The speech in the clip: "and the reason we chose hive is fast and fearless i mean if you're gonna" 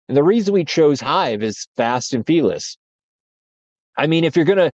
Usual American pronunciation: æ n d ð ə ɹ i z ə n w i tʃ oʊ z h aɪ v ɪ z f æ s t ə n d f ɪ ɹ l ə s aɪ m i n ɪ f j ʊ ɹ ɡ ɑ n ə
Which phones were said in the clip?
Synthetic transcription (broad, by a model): n ð ə ɹ i z ə n w i tʃ oʊ z h aɪ v ɪ z f æ s t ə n f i l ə s aɪ m i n ɪ f j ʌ ɹ ɡ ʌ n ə